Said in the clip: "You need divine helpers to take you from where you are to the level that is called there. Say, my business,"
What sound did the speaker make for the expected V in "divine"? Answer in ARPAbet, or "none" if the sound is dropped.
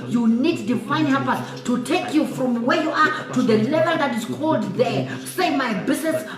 F